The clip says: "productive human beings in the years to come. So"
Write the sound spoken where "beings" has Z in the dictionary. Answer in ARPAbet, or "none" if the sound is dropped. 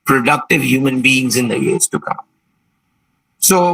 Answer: Z